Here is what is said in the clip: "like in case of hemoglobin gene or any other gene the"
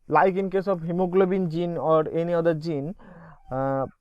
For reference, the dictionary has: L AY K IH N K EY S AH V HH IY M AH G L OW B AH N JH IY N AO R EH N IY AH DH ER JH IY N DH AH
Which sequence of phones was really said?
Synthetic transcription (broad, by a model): L AY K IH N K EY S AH B HH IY M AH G L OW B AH N JH IY N AO R EH N IY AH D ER JH IY N